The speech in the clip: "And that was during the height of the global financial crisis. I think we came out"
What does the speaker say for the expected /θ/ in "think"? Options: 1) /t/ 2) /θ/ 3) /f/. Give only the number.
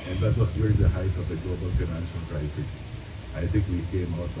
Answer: 1